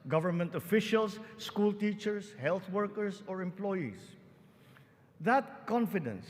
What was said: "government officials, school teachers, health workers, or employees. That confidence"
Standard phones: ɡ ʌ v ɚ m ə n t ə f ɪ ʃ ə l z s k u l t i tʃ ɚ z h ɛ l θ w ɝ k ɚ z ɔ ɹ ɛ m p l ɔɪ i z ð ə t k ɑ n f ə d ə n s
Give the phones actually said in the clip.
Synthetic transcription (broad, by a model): ɡ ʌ v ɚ m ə n t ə f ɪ ʃ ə l s k u l t i tʃ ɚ s h ɛ l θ w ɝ k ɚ s ɔ ɹ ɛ m p l ɔɪ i s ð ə t k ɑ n f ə d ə n s